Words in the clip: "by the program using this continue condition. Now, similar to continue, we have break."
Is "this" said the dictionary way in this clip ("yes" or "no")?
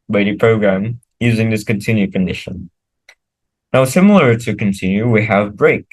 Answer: yes